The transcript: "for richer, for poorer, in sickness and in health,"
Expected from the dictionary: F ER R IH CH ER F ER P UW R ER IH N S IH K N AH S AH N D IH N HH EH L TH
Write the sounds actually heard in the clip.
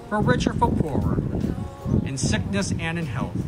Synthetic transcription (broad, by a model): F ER R IH CH ER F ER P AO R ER IH N S IH K N AH S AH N IH N HH EH L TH